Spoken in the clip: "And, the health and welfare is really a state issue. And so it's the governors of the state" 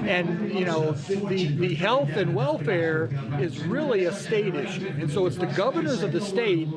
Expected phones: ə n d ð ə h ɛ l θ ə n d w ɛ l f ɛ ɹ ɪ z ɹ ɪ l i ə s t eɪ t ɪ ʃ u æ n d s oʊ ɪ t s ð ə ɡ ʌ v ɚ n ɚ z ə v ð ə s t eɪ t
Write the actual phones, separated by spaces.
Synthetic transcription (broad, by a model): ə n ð ð ə h ɛ l θ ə n w ɛ l f ɛ ɹ ɪ z ɹ ɪ l i ə s t eɪ t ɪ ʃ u n s oʊ ɪ t s ð ə ɡ ʌ v ɚ n ɚ z ə v ð ə s t eɪ t